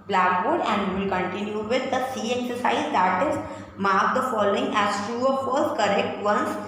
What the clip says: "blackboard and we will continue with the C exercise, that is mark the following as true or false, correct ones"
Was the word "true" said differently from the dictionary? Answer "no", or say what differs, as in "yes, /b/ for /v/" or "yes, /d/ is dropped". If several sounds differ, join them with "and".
yes, /ɹ/ is dropped